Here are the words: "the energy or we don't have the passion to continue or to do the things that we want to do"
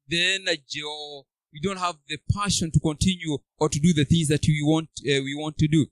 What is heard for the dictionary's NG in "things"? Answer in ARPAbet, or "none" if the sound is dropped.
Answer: NG